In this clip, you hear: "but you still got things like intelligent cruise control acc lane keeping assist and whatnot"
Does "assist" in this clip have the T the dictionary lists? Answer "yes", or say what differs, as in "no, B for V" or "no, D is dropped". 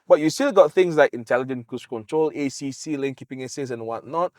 no, T is dropped